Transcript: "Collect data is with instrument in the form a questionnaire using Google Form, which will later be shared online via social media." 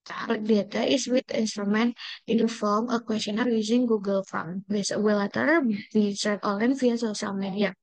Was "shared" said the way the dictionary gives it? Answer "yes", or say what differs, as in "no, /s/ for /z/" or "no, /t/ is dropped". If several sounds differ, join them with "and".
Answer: no, /s/ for /ʃ/